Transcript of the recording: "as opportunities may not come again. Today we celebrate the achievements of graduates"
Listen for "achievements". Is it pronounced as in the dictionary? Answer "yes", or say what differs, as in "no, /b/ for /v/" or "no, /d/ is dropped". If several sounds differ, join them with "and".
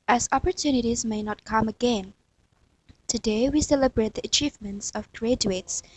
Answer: yes